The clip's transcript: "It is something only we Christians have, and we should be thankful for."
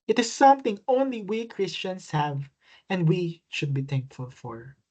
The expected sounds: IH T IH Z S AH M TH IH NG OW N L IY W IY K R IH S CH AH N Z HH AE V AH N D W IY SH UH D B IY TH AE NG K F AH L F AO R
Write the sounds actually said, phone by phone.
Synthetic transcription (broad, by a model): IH T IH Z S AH M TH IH NG OW N L IY W IY K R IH S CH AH N S HH AE V AH N D W IY SH UH D B IY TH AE NG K F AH L F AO R